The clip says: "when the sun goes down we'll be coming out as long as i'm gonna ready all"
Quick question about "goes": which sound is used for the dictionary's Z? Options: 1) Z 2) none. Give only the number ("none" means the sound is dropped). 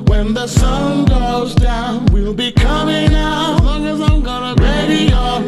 1